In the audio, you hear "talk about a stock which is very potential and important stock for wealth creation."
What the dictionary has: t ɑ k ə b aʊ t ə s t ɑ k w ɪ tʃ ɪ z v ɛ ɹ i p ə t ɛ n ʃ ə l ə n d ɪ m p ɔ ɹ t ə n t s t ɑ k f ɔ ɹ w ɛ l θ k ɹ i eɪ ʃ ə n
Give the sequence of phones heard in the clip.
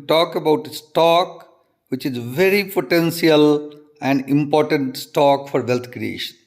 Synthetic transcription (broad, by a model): t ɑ k ə b aʊ t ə s t ɑ k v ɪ tʃ ɪ z v ɛ ɹ i p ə t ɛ n s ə l ə n d ɪ m p ɔ ɹ t ə n t s t ɑ k f ɔ ɹ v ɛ l t k ɹ i eɪ ʃ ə n